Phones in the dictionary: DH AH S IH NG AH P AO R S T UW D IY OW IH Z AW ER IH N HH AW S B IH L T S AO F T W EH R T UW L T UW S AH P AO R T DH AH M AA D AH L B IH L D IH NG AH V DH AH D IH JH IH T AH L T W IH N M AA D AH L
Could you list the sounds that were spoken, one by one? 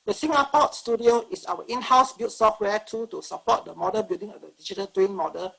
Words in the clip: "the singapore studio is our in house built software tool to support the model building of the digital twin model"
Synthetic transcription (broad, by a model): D AH S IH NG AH P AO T S T UW D IY OW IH S AW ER IH N HH AW S B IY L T S AO F T W EH T UW T UW S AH P AO T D AH M AA D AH B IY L D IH NG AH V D AH D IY JH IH T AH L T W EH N M AA D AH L